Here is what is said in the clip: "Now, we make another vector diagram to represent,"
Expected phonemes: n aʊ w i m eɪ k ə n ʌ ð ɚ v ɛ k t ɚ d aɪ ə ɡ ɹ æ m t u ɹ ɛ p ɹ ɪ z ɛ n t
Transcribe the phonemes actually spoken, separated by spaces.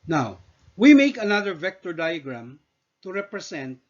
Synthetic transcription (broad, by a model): n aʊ w i m eɪ k ə n ʌ ð ɚ v ɛ k t ɚ d aɪ ə ɡ ɹ æ m t u ɹ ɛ p ɹ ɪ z ɛ n t